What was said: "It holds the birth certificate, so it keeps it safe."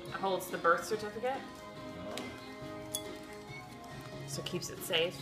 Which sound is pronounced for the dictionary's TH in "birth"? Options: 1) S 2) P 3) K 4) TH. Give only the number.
4